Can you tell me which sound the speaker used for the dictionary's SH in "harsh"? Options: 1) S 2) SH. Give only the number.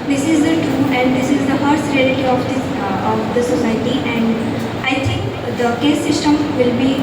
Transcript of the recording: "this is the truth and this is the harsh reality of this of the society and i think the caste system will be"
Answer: 1